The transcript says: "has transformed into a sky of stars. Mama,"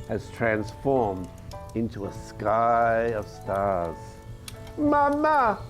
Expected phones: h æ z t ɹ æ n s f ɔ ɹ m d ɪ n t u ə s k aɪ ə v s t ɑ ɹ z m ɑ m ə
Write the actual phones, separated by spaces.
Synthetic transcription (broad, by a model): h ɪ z t ɹ æ n s f ɔ ɹ m d ɪ n t u ə s k aɪ ə v s t ɑ ɹ z m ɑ m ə